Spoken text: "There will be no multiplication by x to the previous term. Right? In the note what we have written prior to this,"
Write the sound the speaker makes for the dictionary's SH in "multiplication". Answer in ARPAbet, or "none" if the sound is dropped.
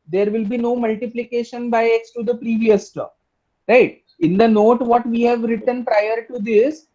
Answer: SH